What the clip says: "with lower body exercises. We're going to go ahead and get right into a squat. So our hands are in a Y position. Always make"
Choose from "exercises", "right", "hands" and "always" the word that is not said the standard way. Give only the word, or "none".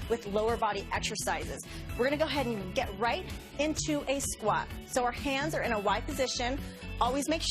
none